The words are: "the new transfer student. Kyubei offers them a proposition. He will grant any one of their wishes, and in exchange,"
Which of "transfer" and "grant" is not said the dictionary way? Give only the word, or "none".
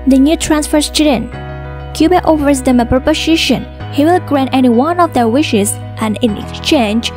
none